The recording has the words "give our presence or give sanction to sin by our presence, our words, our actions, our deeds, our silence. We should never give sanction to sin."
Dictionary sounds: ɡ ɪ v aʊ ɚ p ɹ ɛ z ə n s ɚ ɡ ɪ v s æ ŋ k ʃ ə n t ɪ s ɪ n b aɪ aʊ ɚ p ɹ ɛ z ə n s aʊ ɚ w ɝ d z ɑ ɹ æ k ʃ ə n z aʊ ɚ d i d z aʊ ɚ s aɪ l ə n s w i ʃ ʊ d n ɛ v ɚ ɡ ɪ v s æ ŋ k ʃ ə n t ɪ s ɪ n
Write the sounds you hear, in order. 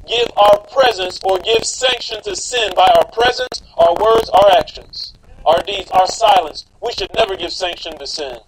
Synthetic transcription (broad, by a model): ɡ ɪ v aʊ ɚ p ɹ ɛ z ə n s ɚ ɡ ɪ v s æ ŋ k ʃ ə n t ɪ s ɪ n b aɪ aʊ ɚ p ɹ ɛ z ə n s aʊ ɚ w ɝ d z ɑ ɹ æ k ʃ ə n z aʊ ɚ d i d z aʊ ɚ s aɪ l ə n s w i ʃ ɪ d n ɛ v ɚ ɡ ɪ v s æ ŋ k ʃ ə n t ɪ s ɪ n